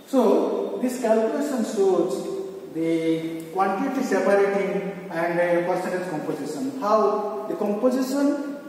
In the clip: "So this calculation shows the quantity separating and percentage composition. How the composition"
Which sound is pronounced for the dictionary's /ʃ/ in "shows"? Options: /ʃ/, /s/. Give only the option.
/s/